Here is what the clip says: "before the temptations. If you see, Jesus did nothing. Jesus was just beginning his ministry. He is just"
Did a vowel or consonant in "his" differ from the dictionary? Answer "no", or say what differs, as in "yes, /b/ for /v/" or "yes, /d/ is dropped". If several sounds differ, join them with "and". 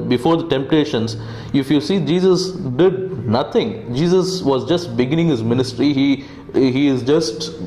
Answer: no